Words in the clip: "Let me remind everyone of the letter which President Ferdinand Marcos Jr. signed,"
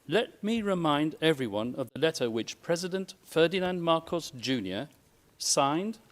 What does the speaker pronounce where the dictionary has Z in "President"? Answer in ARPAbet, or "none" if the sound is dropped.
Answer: Z